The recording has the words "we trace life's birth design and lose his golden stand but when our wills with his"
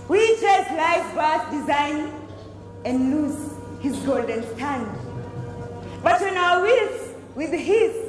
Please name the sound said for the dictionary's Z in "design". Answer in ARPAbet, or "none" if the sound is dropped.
Z